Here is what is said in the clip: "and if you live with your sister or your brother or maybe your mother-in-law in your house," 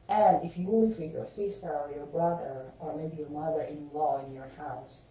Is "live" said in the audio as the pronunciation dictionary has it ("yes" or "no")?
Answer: no